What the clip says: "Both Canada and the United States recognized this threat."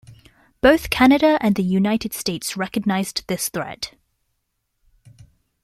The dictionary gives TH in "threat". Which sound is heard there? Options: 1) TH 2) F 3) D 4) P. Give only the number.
1